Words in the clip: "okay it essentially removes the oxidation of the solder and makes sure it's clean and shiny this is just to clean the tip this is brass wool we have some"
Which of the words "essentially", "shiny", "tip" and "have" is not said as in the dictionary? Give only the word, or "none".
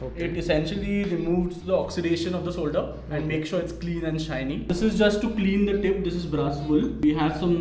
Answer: none